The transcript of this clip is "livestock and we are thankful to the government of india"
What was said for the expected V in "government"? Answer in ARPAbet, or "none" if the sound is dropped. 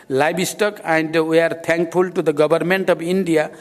B